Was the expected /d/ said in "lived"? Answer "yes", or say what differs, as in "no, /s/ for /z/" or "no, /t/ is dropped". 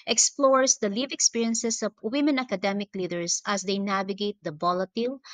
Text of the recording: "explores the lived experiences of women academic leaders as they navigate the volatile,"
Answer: no, /d/ is dropped